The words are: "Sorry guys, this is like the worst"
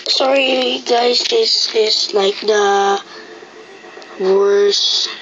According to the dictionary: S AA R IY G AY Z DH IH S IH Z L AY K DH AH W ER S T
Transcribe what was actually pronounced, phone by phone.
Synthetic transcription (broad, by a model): S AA R IY G AY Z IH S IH S L AY K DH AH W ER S